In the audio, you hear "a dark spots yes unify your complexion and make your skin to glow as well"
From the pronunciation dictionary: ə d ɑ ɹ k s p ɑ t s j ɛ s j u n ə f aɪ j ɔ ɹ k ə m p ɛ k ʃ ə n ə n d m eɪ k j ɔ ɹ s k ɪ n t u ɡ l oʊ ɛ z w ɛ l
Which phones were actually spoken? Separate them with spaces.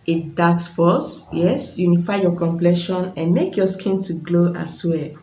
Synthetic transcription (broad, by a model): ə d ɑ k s f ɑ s j ɛ s j u n ə f aɪ j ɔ k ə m p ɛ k ʃ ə n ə n m eɪ k j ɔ s k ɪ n t u ɡ l oʊ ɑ s w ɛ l